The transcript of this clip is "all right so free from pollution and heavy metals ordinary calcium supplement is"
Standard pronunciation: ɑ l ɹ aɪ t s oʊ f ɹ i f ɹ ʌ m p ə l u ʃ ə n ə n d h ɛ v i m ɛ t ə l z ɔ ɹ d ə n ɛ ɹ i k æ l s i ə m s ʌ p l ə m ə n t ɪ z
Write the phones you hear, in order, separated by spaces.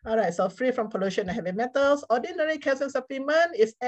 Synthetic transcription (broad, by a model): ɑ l ɹ aɪ t s oʊ f ɹ i f ɹ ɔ m p ə l u ʃ ə n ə h ɛ v i m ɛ t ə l s ɔ d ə n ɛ ɹ i k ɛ s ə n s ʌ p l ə m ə n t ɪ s